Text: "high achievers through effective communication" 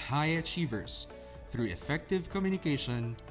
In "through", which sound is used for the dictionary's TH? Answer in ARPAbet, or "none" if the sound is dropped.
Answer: TH